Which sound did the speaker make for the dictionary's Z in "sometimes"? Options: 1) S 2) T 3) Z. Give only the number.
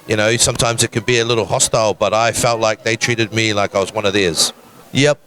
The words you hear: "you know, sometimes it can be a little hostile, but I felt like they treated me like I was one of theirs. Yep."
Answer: 3